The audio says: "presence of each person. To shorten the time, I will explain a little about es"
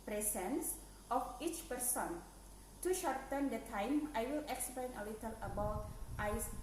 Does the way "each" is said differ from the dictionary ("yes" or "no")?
no